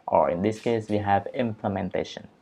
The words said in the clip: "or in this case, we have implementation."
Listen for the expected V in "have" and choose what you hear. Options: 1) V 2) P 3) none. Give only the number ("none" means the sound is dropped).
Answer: 1